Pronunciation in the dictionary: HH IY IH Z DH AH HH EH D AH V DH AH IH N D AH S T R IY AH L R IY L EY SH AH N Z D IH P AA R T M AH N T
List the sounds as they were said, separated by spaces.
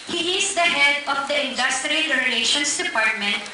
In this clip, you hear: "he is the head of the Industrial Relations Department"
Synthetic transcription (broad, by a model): HH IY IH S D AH HH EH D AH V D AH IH N D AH S T R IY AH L R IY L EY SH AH N S D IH P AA R T M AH N T